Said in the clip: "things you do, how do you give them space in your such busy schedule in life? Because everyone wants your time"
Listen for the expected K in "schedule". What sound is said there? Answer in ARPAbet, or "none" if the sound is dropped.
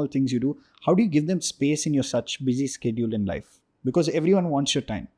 K